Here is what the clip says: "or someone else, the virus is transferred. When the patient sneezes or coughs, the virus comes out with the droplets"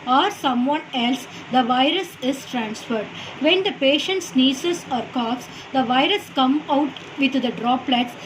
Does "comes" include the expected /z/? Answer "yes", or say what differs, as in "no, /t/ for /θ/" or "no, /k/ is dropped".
no, /z/ is dropped